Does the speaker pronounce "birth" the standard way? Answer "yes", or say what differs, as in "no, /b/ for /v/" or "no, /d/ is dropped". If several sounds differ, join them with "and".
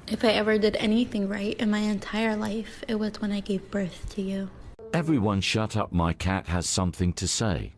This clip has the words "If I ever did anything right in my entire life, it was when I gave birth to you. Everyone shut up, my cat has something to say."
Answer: yes